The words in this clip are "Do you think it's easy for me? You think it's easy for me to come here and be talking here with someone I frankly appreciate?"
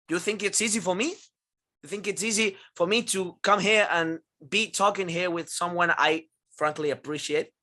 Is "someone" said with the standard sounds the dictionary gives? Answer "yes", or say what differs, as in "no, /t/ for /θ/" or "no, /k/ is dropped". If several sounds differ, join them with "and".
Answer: yes